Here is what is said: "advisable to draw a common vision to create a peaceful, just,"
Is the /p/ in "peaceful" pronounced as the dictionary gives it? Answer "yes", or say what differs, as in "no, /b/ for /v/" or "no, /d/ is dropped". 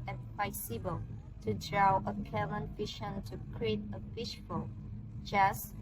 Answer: no, /f/ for /p/